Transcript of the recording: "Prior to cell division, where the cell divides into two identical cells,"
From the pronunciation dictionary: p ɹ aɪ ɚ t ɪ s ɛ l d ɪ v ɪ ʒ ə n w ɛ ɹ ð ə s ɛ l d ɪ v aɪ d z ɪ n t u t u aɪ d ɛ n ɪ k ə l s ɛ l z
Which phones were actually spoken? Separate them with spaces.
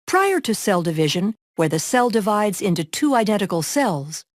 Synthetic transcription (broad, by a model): p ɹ aɪ ɚ t ɪ s ɛ l d ɪ v ɪ ʒ ə n w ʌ ɹ ð ə s ɛ l d ɪ v aɪ d z ɪ n t u t u aɪ d ɛ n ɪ k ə l s ɛ l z